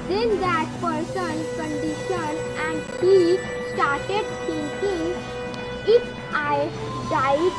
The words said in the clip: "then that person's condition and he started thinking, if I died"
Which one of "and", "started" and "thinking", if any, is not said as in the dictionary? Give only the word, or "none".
thinking